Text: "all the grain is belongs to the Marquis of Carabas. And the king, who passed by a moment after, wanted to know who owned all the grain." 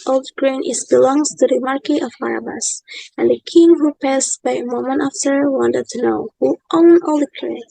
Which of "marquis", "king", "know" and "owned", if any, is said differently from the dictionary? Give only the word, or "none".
owned